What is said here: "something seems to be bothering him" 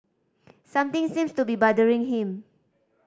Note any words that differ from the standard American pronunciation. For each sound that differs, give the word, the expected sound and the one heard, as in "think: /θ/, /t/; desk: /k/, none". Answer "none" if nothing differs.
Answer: something: /θ/, /t/; seems: /z/, /s/